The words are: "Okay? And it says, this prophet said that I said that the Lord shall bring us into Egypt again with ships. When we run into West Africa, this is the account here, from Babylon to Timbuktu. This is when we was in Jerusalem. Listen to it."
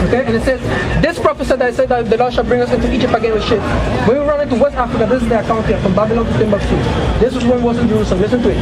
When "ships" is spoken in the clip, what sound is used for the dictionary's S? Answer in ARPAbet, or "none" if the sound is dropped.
none